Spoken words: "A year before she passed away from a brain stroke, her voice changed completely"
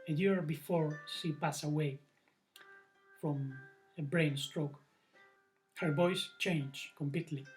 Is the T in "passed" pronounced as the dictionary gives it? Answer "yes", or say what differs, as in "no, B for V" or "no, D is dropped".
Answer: no, T is dropped